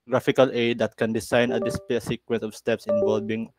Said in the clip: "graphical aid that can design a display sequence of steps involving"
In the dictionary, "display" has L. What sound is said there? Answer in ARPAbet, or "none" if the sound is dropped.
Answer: none